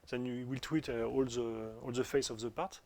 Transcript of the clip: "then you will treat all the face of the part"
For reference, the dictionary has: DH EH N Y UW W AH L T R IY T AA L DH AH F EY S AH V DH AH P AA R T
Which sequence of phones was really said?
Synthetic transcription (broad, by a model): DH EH N Y UW W AH L T W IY T AA L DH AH F EY S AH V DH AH P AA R T